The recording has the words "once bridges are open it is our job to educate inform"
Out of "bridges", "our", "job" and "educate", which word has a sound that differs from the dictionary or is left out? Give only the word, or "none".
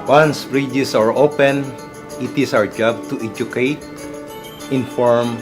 bridges